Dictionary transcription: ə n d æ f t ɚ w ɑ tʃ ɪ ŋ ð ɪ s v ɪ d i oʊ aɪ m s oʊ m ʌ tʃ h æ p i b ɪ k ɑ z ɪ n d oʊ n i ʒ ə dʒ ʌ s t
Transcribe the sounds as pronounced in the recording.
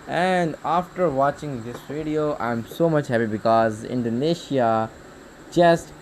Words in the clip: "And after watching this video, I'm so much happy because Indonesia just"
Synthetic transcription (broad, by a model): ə n d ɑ f t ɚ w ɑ tʃ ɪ ŋ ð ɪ s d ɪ d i oʊ aɪ m s oʊ m ʌ tʃ h æ p i b ɪ k ɑ z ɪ n d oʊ n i ʃ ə dʒ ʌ s t